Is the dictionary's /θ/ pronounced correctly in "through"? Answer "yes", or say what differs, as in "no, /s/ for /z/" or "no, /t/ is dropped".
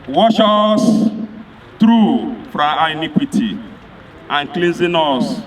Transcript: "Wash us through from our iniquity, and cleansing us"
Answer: no, /t/ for /θ/